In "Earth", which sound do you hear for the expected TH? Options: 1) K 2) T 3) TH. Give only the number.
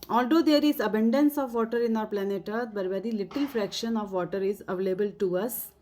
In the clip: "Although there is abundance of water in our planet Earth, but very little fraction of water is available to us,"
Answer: 2